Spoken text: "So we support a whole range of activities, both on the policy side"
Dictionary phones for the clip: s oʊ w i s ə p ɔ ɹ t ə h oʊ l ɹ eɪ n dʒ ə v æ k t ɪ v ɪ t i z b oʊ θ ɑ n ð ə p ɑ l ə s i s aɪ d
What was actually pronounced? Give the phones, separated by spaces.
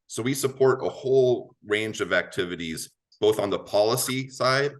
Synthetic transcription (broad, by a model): s oʊ w i s ə p ɔ ɹ t ə h oʊ l ɹ eɪ n dʒ ə v æ k t ɪ v ɪ t i z b oʊ θ n ð ə p ɑ l ə s i s aɪ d